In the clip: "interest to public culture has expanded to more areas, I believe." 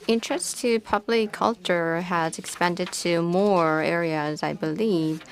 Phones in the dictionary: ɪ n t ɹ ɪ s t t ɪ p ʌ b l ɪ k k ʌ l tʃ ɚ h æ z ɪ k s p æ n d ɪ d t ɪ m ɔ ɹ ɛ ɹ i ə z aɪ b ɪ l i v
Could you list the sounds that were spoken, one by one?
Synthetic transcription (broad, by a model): ɪ n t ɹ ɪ s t t ɪ p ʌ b l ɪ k k ʌ l tʃ ɚ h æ z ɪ k s p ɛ n d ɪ d t ɪ m ɔ ɹ ɛ ɹ i ə z aɪ b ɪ l i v